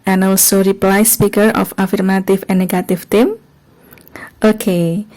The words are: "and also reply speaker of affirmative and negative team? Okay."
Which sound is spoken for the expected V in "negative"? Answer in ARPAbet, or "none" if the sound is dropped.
F